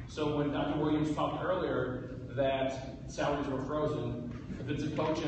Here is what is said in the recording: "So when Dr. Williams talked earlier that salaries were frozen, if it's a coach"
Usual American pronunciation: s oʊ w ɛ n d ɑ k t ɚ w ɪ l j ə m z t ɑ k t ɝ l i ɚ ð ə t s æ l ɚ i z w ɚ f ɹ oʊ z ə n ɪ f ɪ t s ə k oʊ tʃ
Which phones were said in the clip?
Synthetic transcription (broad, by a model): s oʊ w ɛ n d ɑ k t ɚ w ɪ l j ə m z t ɑ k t ɝ l i ɚ ð ə t s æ ʊ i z w ɚ f ɹ oʊ z ə n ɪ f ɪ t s ə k oʊ tʃ